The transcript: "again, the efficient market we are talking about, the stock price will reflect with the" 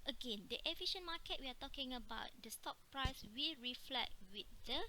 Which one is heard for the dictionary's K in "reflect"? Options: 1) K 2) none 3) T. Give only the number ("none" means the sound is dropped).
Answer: 2